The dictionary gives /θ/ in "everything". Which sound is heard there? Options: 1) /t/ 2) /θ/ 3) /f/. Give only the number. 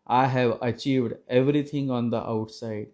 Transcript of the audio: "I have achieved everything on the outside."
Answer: 1